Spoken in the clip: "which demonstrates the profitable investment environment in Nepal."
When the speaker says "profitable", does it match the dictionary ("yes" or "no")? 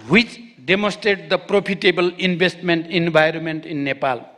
no